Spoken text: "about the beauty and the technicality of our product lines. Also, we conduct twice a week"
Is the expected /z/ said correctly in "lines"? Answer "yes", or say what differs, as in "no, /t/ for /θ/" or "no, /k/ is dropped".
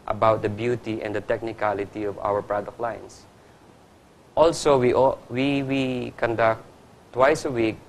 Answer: no, /s/ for /z/